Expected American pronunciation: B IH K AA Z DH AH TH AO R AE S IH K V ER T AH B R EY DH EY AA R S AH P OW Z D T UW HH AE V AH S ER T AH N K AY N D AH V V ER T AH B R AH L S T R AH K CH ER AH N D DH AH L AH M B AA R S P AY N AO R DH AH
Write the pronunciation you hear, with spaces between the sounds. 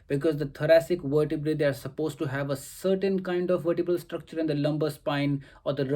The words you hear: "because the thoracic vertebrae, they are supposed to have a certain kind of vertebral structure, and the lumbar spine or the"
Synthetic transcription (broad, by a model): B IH K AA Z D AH T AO R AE S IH K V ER T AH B R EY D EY AA R S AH P OW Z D T UW HH AE V AH S ER T AH N K AY N D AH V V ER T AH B AH L S T R AH K CH ER AH N D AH L AH M B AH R S P AY N AO R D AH